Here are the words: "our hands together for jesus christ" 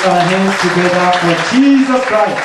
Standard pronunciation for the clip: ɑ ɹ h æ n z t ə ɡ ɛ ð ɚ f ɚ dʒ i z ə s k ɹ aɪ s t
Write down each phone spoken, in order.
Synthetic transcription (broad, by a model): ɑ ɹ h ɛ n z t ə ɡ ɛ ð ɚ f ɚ dʒ i z ə s k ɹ aɪ s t